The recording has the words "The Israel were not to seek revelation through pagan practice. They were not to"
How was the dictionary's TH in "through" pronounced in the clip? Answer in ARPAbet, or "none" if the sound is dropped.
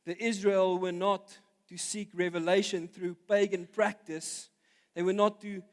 TH